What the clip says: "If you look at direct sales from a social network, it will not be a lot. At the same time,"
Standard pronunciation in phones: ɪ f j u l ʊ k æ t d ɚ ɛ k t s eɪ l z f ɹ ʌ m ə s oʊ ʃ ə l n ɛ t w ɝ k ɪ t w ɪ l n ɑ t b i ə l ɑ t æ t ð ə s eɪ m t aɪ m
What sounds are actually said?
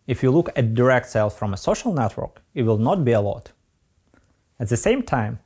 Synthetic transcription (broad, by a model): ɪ f j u l ʊ k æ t d ɚ ɛ k t s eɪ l f ɹ ʌ m ə s oʊ ʃ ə l n ɛ t w ɝ k ɪ t w ɪ l n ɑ t b i ə l ɑ t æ t ð ə s eɪ m t aɪ m